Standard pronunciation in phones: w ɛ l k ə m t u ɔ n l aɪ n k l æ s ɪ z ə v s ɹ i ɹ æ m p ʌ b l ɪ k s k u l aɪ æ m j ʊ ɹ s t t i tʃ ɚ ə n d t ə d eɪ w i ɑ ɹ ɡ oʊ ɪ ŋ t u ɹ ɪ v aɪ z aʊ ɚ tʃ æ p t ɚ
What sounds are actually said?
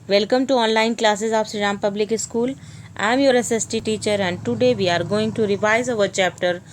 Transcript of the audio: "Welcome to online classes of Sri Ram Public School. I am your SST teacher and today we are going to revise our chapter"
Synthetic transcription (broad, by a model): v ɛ l k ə m t u ɔ n l aɪ n k l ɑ s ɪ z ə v s i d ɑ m p ʌ b l ɪ k s k u l aɪ m j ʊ ɹ s t t i tʃ ɚ ə n d t ə d eɪ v i ɑ ɹ ɡ oʊ ɪ ŋ t u ɹ ɪ v aɪ z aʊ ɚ tʃ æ p t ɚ